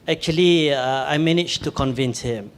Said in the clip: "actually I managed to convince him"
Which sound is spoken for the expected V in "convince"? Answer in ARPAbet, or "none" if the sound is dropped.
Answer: V